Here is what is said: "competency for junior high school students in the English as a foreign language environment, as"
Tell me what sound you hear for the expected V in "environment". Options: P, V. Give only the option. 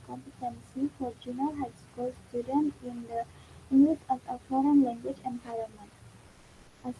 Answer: P